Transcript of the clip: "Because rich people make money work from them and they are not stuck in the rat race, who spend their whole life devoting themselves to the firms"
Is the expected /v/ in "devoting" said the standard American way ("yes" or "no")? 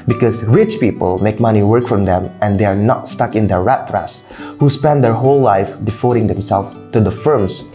no